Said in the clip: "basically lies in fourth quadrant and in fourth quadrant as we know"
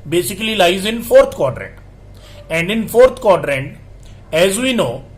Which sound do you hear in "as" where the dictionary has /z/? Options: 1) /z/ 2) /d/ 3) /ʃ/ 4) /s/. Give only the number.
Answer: 1